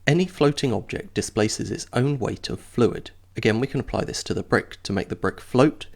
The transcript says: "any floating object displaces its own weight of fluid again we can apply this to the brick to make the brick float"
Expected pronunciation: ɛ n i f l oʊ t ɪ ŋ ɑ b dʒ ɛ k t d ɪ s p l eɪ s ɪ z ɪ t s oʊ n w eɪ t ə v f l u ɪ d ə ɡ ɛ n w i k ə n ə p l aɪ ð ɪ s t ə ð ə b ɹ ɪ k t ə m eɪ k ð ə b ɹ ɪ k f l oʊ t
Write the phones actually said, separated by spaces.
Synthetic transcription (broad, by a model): ɛ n i f l oʊ t ɪ ŋ ɑ b dʒ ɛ k d ɪ s p l eɪ s ɪ z ɪ t s oʊ n w eɪ t ə v f l u ɪ d ə ɡ ɛ n w i k ə n ə p l aɪ ð ɪ s t ə ð ə b ɹ ɪ k t ə m eɪ k ð ə b ɹ ɪ k f l oʊ t